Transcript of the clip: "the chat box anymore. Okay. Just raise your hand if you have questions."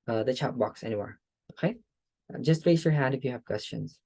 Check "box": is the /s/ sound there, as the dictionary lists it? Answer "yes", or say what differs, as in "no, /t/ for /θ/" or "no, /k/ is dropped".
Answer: yes